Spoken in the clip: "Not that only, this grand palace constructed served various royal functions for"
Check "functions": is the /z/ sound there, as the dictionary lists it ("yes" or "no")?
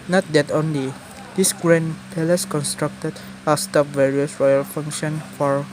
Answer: no